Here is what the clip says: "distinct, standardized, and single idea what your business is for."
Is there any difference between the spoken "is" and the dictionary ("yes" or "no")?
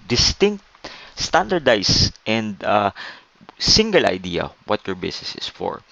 yes